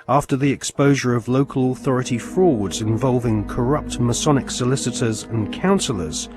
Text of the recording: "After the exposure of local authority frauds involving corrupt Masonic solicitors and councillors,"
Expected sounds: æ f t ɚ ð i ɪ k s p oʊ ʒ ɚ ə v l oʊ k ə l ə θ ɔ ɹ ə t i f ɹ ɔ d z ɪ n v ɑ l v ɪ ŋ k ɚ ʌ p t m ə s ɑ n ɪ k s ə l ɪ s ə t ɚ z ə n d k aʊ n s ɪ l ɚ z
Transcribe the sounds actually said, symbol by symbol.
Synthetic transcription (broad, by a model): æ f t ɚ ð i ɪ k s p oʊ ʒ ɚ ə v l oʊ k ə l ə θ ɔ ɹ ə t i f ɹ ɔ d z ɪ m v ɑ l v ɪ ŋ k ɚ ʌ p t m ə s ɑ n ɪ k s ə l ɪ s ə t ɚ z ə n k aʊ n s l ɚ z